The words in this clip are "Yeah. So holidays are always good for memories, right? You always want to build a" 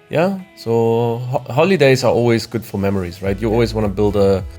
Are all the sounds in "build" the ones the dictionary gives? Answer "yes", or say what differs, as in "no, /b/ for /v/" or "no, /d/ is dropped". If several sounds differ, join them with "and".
yes